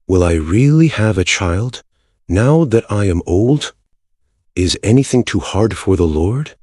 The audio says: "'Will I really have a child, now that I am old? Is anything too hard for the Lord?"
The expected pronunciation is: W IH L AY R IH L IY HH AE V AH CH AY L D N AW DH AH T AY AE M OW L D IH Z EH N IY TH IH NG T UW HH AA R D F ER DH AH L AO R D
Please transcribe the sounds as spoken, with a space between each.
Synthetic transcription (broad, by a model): W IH L AY R IH L IY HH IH V AH CH AY L D N AW DH AH T AY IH M OW L D IH Z EH N IY TH IH NG T UW HH AA R D F ER DH AH L AO R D